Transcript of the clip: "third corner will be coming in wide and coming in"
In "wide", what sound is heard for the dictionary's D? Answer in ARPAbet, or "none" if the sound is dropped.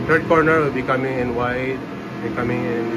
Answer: none